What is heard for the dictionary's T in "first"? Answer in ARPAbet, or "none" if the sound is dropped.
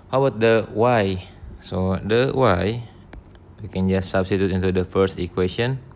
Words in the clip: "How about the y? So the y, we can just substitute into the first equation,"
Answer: T